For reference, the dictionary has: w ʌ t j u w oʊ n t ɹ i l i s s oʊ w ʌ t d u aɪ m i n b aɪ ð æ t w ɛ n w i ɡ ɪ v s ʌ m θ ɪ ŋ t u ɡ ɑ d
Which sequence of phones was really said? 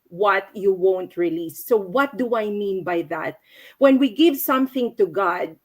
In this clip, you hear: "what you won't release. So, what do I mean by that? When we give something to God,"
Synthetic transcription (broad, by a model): w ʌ t j u w oʊ n t ɹ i l i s s oʊ w ʌ t d u aɪ m i n b aɪ ð æ t w ɛ n w i ɡ ɪ v s ʌ m θ ɪ ŋ t u ɡ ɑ d